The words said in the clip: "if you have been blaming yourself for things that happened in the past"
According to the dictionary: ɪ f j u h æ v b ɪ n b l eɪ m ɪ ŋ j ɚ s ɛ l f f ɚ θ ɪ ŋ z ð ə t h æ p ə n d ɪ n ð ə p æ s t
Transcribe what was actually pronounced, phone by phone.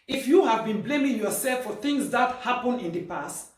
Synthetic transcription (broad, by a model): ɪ f j u h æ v b ɪ n b l eɪ m ɪ ŋ j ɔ s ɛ l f f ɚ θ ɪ ŋ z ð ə t h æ p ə n ɪ n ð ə p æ s t